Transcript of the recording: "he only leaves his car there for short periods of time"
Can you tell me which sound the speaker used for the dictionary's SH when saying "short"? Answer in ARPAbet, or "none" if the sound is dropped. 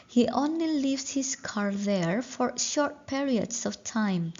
SH